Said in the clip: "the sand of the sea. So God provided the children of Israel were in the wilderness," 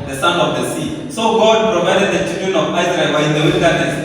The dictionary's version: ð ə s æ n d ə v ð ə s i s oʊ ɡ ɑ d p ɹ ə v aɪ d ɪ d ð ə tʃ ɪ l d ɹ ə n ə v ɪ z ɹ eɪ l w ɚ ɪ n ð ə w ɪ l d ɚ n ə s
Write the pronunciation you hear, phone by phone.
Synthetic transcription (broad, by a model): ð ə s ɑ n ə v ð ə s i s oʊ ɡ ɑ d p ɹ ə v aɪ d ɪ d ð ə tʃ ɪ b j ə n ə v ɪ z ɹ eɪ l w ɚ ɪ n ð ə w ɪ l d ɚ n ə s